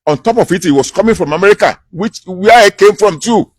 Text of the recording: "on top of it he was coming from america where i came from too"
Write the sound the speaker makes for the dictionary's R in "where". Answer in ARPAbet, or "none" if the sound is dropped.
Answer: W